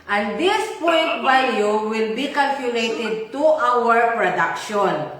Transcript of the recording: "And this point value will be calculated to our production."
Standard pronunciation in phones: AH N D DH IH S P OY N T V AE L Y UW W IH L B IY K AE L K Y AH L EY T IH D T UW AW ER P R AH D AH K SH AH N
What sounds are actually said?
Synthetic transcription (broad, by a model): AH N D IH S P OY N T B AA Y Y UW W IH L B IY K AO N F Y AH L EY T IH D T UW AW ER P R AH D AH K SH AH N